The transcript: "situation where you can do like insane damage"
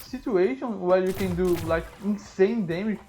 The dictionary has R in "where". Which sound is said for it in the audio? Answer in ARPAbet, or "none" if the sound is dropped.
L